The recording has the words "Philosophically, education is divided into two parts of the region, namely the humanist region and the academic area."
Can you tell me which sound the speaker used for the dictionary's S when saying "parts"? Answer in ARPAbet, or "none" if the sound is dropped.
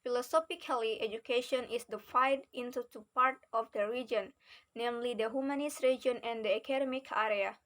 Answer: none